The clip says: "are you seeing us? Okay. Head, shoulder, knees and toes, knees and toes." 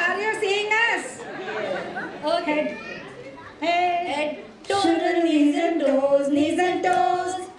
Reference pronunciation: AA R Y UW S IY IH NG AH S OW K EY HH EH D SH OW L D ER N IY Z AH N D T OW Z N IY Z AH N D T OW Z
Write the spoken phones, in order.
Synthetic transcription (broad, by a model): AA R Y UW S IY IH NG AH S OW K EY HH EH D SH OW D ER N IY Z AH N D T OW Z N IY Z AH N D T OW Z